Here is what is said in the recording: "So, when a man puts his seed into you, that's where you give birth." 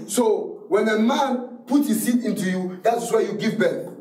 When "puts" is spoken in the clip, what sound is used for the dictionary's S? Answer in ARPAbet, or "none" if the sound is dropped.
none